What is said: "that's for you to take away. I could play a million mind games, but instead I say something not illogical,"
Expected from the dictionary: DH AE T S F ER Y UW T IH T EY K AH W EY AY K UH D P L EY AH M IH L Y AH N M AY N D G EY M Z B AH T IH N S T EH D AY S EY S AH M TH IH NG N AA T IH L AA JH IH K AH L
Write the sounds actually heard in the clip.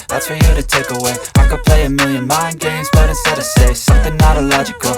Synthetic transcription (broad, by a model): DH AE T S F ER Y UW T IH T EY K AH W EY AY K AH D P L EY AH M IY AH N M AY N G EY M Z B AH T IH S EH D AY S EY S AH M TH IH NG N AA T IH L AA JH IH K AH L